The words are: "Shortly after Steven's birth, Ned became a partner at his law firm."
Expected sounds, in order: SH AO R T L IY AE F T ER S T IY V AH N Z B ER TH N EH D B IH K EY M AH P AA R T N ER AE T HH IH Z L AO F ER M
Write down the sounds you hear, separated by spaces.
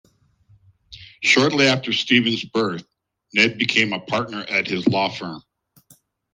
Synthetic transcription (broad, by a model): SH AO R T L IY AE F T ER S T IY V AH N Z B ER TH N EH D B IH K EY M AH P AA R T N ER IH T HH IH Z L AO F ER M